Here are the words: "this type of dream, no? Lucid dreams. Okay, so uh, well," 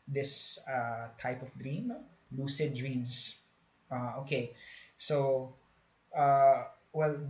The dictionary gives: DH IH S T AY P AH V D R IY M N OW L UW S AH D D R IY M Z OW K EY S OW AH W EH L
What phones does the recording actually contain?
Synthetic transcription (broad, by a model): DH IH S T AY P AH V D R IY M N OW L UW S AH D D R IY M S OW K EY S OW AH W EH L